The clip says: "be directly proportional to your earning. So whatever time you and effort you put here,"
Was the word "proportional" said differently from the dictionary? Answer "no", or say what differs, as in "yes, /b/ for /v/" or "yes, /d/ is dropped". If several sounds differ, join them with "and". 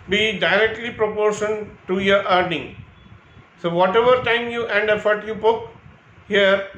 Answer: yes, /n/ is dropped and /n/ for /l/